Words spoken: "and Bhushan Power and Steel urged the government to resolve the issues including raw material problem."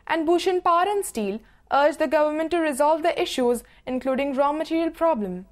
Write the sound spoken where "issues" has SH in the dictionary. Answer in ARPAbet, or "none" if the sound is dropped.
SH